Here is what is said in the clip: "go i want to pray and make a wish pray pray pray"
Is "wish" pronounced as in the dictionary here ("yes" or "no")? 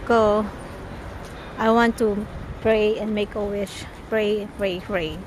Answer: no